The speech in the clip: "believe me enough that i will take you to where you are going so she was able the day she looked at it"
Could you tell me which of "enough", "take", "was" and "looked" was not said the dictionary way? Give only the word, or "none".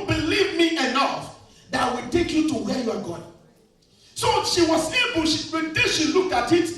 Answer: none